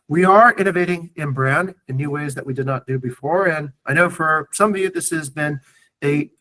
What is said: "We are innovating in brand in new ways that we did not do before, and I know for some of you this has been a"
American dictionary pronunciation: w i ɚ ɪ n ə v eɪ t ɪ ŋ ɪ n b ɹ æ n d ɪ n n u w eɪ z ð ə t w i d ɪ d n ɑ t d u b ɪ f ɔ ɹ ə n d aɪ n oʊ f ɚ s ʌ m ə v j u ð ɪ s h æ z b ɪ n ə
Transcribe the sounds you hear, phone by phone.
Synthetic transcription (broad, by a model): w i ɚ ɪ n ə v eɪ t ɪ ŋ ɪ n b ɹ æ n d ɪ n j u w eɪ z ð ə t w i d ɪ d n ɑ t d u b ɪ f ɔ ɹ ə n aɪ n oʊ f ɚ s ʌ m ə v j u ð ɪ s h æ z b ɪ n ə